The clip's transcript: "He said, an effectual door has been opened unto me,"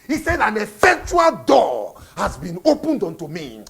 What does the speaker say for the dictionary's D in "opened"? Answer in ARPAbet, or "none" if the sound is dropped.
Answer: D